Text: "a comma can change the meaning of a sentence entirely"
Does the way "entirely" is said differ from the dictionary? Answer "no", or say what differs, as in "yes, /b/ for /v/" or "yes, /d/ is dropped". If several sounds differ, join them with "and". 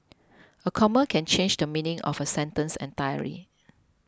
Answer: yes, /l/ is dropped